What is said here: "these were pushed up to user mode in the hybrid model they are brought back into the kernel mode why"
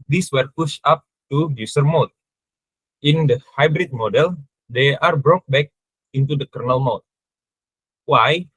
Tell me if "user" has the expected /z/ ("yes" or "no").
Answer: no